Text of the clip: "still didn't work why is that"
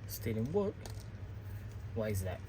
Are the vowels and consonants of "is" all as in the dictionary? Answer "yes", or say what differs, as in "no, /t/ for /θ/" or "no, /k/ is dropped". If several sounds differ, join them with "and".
yes